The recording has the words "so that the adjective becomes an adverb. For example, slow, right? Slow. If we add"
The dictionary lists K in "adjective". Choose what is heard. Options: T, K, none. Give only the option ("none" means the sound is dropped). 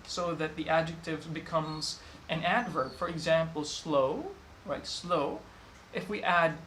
K